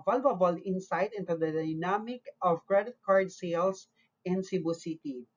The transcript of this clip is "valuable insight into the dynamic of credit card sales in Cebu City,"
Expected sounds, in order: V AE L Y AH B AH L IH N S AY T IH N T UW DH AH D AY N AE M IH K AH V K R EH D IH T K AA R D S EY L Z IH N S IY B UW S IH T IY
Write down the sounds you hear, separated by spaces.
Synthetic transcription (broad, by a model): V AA L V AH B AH L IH N S AY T IH N T UW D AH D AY N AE M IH K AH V K R EH D IH T K AA R D S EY L S IH N S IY B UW S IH T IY